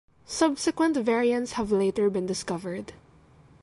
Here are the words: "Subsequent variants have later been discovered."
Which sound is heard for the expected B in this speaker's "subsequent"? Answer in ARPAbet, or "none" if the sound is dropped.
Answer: B